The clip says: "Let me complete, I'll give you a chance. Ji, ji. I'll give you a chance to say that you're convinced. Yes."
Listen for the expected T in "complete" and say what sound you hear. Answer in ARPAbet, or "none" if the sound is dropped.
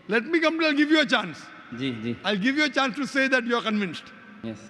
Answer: none